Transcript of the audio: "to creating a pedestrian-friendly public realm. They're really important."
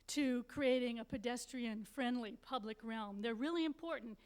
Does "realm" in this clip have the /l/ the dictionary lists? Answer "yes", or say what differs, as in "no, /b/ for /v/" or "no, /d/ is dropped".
yes